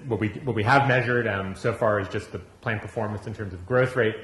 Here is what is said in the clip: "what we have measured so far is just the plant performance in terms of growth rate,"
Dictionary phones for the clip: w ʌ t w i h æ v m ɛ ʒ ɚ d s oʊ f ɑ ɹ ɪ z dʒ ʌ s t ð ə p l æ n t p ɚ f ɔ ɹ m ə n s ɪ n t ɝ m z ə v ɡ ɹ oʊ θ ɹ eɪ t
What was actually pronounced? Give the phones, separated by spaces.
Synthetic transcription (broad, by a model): w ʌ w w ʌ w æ v m ɛ ʒ ɚ d s oʊ f ɑ ɹ ɪ z dʒ ʌ s t ð ə p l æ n p ɚ f ɔ ɹ m ə n s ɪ n t ɝ m z ə v ɡ ɹ oʊ θ ɹ eɪ t